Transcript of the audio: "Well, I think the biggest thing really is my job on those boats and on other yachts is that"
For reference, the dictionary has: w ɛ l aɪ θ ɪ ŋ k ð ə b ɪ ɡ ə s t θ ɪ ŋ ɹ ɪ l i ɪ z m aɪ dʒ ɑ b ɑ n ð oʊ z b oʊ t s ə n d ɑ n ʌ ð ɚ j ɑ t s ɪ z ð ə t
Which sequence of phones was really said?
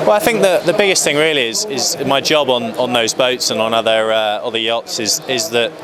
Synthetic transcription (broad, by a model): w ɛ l aɪ θ ɪ ŋ k ð ə b ɪ ɡ ə s t θ ɪ ŋ ɹ ɪ l i ɪ z m aɪ dʒ ɑ b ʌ n ð oʊ z b oʊ t s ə n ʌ n ʌ ð ɚ j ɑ t s ɪ z ð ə t